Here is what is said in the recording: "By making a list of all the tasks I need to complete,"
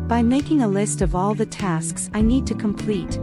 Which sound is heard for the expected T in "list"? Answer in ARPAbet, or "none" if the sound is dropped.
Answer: T